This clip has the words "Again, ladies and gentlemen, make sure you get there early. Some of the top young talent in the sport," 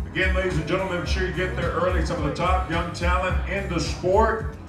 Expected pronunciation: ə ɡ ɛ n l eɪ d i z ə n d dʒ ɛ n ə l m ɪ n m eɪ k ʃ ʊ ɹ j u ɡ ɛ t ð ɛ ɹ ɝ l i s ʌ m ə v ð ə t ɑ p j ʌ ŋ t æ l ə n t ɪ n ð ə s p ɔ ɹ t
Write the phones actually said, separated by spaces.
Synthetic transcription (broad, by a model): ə ɡ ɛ n l eɪ d i z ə n dʒ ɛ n l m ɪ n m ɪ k ʃ ʊ ɹ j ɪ ɡ ɛ t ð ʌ ɹ ɝ l i s ʌ m ə v ð ə t ɑ p j ʌ ŋ t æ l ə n ɪ n ð ə s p ɔ ɹ t